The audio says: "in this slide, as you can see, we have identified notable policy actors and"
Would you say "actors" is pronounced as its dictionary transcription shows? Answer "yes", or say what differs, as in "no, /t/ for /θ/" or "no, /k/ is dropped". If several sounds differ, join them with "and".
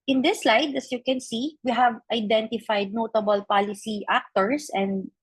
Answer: no, /s/ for /z/